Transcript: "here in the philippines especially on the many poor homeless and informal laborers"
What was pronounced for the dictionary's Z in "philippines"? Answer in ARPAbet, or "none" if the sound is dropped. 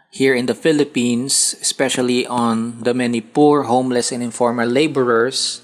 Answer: S